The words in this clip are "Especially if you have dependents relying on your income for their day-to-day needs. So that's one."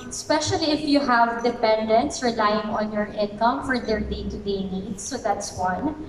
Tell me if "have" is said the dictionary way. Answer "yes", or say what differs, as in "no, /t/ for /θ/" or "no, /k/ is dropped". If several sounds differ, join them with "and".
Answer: yes